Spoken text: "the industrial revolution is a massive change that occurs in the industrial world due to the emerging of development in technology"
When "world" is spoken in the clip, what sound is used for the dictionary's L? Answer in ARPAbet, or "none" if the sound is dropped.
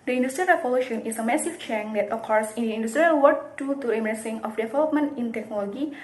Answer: none